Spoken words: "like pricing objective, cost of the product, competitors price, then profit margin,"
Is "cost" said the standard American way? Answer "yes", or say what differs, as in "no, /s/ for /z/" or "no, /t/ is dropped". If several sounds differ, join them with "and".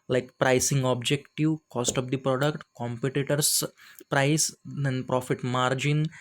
yes